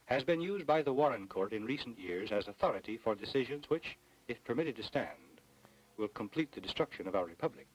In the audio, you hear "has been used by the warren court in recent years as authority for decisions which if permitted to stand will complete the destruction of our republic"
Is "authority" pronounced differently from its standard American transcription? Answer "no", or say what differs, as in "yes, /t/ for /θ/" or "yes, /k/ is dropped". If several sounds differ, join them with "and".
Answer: no